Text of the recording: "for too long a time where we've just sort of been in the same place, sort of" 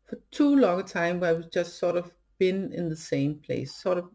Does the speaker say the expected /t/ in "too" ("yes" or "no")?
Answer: yes